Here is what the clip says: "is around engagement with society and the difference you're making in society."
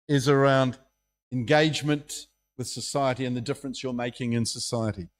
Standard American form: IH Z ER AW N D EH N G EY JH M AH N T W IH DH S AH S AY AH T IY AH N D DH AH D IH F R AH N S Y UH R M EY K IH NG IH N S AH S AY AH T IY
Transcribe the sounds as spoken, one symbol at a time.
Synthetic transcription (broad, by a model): IH Z ER AW N D EH N G EY JH M AH N T W IH DH S AH S AY AH T IY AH N DH AH D IH F R AH N S Y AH R M EY K IH NG IH N S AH S AY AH T IY